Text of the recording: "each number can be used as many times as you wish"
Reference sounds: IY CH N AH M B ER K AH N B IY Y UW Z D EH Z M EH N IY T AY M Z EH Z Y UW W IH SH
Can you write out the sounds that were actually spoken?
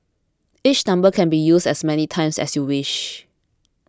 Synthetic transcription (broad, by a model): IY CH N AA M B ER K AH N B IY Y UW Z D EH S M EH N IY T AY M S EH S Y UW W IH SH